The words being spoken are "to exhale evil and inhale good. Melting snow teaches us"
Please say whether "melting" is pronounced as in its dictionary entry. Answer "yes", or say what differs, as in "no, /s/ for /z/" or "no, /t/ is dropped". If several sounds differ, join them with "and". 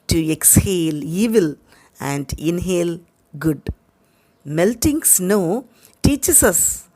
yes